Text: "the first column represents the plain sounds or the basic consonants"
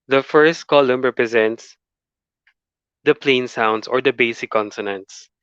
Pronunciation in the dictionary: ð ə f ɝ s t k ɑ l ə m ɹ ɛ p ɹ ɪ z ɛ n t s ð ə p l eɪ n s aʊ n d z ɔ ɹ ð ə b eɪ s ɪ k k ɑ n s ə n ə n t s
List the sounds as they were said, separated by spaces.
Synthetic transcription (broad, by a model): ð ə f ɝ s t k ɑ l ə m ɹ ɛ p ɹ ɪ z ɛ n t s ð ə p l eɪ n s aʊ n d s ɔ ɹ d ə b eɪ s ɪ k k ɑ n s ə n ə n t s